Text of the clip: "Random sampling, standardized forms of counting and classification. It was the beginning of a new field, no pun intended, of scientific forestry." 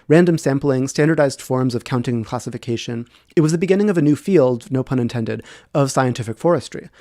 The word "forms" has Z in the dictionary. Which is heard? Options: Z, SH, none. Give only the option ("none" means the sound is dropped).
Z